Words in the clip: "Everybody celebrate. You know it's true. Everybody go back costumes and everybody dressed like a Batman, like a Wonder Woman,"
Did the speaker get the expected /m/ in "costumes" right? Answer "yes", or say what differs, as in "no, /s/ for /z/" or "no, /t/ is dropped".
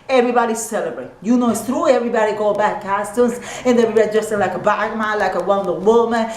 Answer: no, /m/ is dropped